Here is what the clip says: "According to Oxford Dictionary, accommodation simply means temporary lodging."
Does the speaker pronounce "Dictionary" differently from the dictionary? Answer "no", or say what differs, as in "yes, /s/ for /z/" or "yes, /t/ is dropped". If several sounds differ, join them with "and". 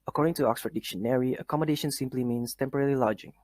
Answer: no